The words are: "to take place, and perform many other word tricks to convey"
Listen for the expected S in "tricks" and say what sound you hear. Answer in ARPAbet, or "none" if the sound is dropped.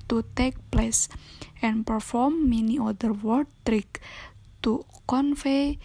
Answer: none